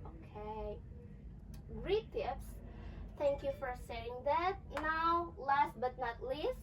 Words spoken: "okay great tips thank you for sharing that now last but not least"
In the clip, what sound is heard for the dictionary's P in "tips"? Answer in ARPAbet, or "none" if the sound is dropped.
P